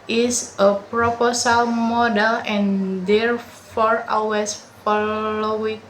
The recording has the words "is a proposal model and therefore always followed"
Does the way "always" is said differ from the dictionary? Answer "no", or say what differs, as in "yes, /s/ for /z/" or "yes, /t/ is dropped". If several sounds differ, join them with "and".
yes, /l/ is dropped and /s/ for /z/